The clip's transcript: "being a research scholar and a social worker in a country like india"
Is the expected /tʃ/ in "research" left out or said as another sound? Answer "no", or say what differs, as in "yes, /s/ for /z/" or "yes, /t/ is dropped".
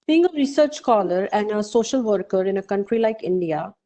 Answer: no